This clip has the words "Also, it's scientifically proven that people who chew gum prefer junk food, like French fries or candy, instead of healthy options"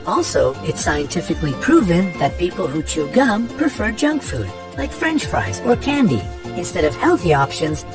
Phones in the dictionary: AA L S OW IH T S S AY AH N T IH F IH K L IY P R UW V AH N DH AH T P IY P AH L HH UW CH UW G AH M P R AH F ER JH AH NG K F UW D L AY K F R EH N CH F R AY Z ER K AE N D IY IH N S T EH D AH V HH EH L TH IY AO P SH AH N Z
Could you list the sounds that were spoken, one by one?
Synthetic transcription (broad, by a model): AA L S OW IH T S S AY AH N T IH F IH K L IY P R UW V AH N DH AH T P IY P L HH UW CH UW G AH M P R AH F ER JH AH NG K F UW D L AY K F R EH N CH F R AY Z ER K AE N D IY IH N S T EH D AH V HH EH L TH IY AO P SH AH N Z